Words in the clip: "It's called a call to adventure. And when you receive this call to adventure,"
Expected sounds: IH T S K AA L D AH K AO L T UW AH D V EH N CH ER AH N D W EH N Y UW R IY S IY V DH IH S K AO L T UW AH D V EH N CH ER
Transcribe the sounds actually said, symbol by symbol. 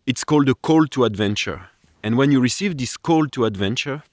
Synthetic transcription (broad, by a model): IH T S K AA L D AH K AO L T UW AH D V EH N CH ER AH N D W EH N Y UW R IY S IY V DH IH S K AO L T UW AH D V EH N CH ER